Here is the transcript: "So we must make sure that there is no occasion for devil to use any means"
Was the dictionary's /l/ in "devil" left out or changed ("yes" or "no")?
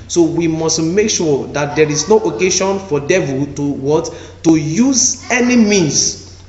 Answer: yes